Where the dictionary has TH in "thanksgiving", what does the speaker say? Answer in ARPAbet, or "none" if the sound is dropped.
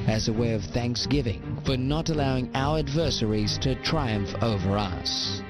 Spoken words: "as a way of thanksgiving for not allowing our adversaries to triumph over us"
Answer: TH